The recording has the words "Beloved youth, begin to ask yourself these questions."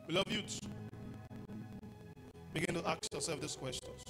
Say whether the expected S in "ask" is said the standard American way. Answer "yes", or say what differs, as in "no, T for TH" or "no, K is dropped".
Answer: no, S is dropped